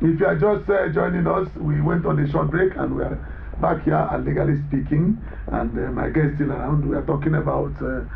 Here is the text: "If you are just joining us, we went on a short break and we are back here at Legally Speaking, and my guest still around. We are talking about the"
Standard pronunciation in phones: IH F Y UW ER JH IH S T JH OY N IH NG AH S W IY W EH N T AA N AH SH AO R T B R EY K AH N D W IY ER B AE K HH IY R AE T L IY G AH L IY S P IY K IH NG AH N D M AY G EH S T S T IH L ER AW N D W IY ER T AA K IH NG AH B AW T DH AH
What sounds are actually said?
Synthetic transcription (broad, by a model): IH F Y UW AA JH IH S T JH OY N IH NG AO S W IY W EH N T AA N AH SH AO T B R EY K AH N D W IY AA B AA K HH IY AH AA L IY G AH L IY S P IY K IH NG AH N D M AY G EH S S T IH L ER AW N D W IY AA T AA K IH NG AH B AW T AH